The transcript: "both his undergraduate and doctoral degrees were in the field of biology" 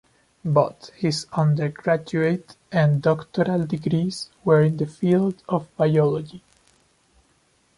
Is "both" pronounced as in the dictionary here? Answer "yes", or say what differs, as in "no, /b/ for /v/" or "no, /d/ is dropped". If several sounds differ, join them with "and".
no, /t/ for /θ/